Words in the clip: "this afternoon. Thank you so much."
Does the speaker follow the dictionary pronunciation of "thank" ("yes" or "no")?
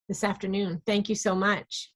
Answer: yes